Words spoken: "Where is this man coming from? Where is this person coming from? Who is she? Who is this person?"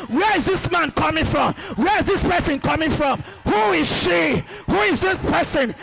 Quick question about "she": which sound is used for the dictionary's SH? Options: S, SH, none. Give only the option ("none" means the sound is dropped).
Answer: SH